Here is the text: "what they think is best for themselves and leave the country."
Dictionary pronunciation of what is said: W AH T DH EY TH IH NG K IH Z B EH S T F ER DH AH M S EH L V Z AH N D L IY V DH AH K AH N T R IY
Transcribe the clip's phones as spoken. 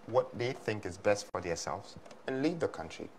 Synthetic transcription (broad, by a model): W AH T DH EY TH IH NG K IH Z B EH S T F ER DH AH S EH L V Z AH N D L IY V DH AH K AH N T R IY